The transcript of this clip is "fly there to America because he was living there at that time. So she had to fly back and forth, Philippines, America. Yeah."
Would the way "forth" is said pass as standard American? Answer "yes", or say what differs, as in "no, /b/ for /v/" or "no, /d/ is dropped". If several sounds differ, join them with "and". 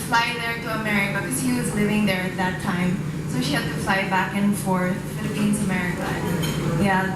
yes